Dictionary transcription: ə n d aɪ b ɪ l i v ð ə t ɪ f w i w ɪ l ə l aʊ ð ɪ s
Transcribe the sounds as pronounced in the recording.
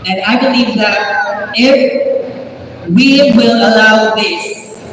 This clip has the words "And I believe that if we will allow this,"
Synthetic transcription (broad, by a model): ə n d aɪ b ɪ l i v ð ə t ɪ f w i w ɪ l ə l aʊ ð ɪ s